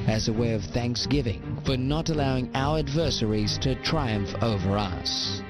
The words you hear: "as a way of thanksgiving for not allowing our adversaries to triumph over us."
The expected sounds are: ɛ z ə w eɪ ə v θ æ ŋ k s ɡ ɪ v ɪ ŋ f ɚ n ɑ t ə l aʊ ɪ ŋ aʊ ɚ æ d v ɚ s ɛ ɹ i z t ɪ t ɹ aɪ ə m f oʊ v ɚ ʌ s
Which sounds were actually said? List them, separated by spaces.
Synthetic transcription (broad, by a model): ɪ z ə w eɪ ə v θ æ ŋ k s ɡ ɪ v ɪ ŋ f ɚ n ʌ t ə l aʊ ɪ ŋ aʊ ɚ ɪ d v ɚ s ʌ ɹ i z t ɪ t ɹ aɪ ə m f oʊ v ɚ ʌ s